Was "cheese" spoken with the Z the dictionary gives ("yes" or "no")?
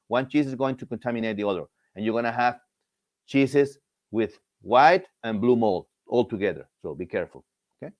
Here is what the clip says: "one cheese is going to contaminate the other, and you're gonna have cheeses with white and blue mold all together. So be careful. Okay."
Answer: no